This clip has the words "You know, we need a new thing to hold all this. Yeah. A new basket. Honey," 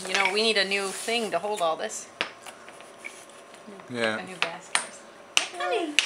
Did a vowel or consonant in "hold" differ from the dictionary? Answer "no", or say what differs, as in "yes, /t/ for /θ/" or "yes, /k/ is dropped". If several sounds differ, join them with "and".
no